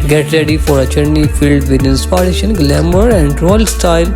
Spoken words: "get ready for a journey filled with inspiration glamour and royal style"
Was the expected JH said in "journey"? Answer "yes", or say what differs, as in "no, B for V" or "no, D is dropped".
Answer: no, CH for JH